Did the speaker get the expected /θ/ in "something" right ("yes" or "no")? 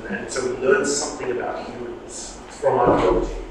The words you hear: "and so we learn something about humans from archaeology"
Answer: yes